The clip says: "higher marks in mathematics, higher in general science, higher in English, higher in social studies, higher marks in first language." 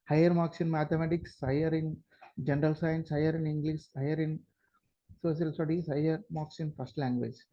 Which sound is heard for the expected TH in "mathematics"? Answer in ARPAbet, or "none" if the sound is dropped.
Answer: T